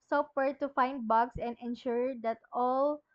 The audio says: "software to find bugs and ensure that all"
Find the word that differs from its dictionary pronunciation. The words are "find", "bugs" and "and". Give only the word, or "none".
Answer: bugs